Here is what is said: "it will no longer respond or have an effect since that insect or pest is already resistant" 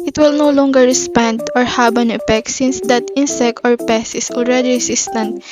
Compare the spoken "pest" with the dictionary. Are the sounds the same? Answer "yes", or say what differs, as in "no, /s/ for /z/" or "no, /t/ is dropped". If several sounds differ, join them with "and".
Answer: no, /t/ is dropped